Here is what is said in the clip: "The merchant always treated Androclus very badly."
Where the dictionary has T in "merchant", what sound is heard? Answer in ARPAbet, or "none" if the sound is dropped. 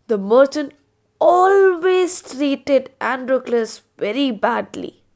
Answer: none